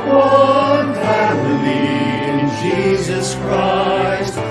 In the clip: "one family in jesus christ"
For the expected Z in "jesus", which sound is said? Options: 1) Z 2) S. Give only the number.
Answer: 1